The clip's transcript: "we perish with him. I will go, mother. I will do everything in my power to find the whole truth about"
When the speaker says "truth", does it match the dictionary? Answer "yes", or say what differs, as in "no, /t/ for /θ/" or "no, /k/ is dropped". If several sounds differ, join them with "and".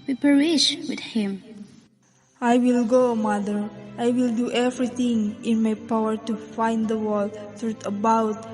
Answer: no, /t/ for /θ/